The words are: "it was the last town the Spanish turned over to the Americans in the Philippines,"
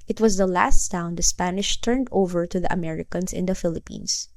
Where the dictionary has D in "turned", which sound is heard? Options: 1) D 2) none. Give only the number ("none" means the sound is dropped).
1